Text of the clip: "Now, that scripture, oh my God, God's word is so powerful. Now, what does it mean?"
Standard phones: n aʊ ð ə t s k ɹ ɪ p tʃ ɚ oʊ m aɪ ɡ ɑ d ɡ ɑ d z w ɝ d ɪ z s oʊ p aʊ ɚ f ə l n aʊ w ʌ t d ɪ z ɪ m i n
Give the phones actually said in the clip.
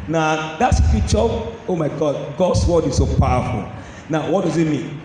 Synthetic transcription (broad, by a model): n aʊ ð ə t s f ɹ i tʃ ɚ oʊ m aɪ ɡ ɑ d ɡ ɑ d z w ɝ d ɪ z s oʊ p aʊ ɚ f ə l n aʊ w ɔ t d ɪ z ɪ m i n